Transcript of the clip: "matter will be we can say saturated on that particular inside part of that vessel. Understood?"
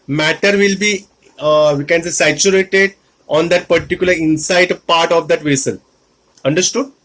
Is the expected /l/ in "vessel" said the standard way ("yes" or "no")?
no